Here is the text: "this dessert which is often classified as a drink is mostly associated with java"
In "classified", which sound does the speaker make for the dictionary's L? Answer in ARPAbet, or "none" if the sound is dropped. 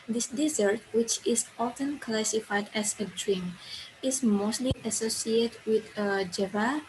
L